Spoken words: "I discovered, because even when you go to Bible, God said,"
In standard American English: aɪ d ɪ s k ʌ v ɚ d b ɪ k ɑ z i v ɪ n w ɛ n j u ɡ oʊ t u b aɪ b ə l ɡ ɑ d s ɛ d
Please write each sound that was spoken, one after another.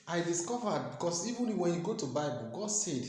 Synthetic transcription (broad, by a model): aɪ d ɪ s k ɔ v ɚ d b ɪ k ɑ s i v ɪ n w ɛ n j u ɡ oʊ t u b aɪ b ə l ɡ ɑ d s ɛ d